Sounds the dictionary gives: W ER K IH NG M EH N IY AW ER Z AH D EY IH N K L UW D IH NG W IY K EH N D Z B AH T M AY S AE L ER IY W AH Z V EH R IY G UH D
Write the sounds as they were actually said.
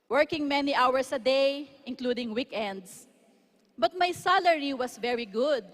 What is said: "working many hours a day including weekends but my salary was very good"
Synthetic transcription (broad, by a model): W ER K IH NG M EH N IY AW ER S AH D EY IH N K L UW D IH NG W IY K EH N D S B AH T M AY S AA L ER IY W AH S V EH R IY G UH D